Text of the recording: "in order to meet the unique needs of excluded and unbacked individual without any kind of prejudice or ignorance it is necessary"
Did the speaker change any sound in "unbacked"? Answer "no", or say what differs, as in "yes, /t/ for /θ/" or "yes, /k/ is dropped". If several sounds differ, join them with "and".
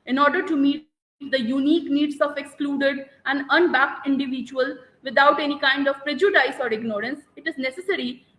no